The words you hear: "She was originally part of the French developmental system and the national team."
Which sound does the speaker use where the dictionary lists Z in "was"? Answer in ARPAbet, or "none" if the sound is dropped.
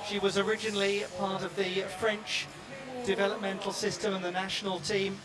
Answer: Z